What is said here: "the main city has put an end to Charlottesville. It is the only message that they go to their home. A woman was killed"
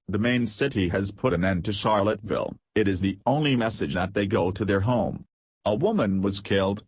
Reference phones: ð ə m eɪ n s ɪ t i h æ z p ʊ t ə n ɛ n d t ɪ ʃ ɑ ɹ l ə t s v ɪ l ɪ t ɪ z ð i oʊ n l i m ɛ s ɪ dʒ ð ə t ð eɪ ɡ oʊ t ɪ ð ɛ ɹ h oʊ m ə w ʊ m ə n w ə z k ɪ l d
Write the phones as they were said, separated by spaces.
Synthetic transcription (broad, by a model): ð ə m eɪ n s ɪ t i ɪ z p ʊ t ə n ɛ n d t ɪ ʃ ɑ ɹ l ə t v ɪ l ɪ t ɪ z ð i oʊ n l i m ɛ s ɪ dʒ ð ə t ð eɪ ɡ oʊ t ɪ ð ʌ ɹ h oʊ m ə w ʊ m ə n w ə z k ɪ l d